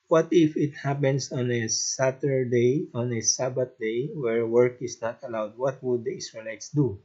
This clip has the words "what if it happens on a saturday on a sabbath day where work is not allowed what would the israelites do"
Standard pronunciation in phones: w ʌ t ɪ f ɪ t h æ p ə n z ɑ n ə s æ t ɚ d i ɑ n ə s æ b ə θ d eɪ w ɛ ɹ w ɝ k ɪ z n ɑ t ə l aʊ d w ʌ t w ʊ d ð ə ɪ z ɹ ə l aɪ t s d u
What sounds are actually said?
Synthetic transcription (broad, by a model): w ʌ t ɪ f ɪ t h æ p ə n s ɑ n ə s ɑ t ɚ d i ɑ n ə s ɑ b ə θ d eɪ w ɛ ɹ w ɝ k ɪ s n ɑ t ə l aʊ d w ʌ t w ʊ d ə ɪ s ɹ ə l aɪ t s d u